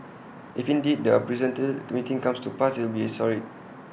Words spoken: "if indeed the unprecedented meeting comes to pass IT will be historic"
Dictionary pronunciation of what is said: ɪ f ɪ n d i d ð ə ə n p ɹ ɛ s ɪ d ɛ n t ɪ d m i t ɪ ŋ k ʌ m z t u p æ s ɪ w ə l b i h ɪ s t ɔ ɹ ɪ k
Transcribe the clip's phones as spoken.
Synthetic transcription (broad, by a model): ɪ f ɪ n d i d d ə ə p ɹ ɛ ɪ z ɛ n t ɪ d m i t ɪ ŋ k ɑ m s t u p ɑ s w ə l b i s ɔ ɹ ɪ